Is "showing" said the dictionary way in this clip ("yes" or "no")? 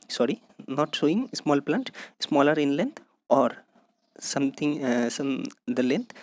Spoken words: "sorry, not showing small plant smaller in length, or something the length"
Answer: no